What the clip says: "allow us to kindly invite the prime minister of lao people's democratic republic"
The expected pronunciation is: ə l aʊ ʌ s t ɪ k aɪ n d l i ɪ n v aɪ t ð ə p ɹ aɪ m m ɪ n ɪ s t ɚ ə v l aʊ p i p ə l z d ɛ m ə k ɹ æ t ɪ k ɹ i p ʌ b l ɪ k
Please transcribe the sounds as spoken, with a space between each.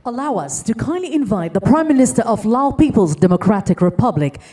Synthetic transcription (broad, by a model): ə l aʊ ʌ s t ɪ k aɪ n d l i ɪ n v aɪ t ð ə p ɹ aɪ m m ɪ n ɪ s t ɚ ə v l aʊ p i p ə l z d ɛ m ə k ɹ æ t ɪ k ɹ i p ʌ b l ɪ k